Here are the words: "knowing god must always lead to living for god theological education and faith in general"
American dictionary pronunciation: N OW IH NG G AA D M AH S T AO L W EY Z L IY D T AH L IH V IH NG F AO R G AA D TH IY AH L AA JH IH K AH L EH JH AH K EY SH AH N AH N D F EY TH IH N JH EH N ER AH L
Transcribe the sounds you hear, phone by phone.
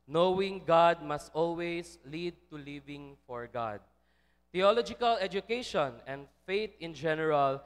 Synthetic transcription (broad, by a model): N OW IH NG G AA D M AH S T AO L W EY S L IY D T AH L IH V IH NG F AO R G AA D T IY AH L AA JH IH K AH L EH JH AH K EY SH AH N AH N D F EY T IH N JH EH N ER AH L